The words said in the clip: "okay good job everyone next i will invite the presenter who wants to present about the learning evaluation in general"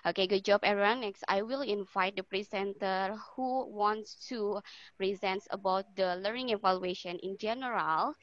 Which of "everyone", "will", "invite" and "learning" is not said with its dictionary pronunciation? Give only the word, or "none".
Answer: everyone